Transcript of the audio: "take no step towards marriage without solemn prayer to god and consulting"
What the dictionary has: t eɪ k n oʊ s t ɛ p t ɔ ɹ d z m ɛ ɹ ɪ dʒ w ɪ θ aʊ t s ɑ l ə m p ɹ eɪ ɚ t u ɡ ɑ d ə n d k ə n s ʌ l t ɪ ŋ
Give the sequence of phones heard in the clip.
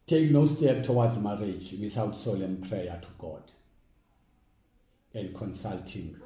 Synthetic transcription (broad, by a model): t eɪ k n oʊ s t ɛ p t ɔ w d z m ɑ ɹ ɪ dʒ w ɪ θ aʊ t s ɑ l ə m p ɹ eɪ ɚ t u ɡ ɑ d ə n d k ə n s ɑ l t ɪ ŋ